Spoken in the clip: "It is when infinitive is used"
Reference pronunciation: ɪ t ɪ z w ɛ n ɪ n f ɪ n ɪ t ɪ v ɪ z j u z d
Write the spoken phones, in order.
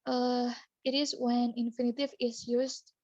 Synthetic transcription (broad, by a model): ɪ t ɪ z w ɛ n ɪ n f ɪ n ɪ t ɪ v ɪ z j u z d